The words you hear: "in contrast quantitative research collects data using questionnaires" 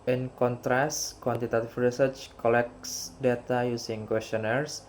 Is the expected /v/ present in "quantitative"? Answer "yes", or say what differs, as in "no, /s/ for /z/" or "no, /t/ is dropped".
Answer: no, /f/ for /v/